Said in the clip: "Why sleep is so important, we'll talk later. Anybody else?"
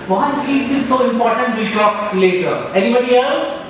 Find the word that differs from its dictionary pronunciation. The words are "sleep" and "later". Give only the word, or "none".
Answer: sleep